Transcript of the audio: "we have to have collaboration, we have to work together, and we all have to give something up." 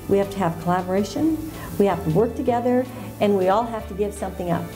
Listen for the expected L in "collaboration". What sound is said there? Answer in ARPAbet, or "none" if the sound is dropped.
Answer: L